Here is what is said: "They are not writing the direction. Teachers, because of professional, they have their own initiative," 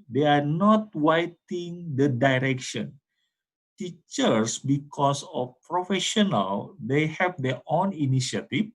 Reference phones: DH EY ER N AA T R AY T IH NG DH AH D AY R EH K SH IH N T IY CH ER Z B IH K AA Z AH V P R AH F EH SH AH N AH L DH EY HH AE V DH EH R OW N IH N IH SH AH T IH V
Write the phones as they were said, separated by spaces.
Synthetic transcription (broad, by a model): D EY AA N AA T W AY T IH NG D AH D AY R EH K SH IH N T IY CH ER S B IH K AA S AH F P R AH F EH SH AH N AH L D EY HH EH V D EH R OW N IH N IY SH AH T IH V